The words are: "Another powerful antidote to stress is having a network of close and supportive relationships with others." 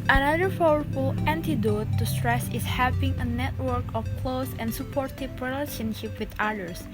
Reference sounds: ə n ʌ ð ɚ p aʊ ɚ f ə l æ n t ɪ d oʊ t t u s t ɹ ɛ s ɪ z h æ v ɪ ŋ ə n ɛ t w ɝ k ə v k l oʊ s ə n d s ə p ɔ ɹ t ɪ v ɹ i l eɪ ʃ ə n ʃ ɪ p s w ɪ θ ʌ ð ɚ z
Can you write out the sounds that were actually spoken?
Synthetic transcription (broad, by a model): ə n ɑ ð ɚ f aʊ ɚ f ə l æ n t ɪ d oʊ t t u s t ɹ ɛ s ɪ s h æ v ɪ ŋ ə n ɛ t w ɝ k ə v k l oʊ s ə n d s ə p ɔ ɹ t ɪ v ɹ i l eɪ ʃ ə n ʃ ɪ p w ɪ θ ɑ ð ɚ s